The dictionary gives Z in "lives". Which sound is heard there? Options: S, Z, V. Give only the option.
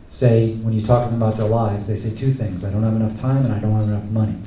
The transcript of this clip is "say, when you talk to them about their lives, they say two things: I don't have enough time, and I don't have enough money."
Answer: Z